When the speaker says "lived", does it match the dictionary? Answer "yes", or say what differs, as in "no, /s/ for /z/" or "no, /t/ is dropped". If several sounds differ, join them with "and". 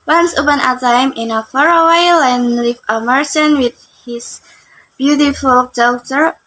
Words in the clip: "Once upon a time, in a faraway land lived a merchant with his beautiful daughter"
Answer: no, /d/ is dropped